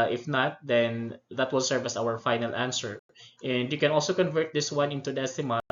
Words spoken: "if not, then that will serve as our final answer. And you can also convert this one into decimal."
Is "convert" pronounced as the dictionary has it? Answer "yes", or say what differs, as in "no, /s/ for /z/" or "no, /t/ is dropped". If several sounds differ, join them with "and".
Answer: yes